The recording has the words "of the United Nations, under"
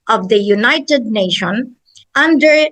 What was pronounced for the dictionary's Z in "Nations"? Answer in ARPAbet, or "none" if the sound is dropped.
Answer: none